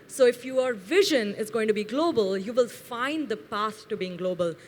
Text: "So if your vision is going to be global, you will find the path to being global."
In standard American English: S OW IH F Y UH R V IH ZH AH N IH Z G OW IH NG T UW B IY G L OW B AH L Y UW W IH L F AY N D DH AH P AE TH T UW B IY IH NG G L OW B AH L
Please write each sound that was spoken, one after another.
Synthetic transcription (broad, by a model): S OW IH F Y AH R V IH ZH AH N IH Z G OW IH NG T UW B IY G L OW B AH L Y UW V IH L F AY N D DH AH P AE S T UW B IY IH NG G L OW B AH L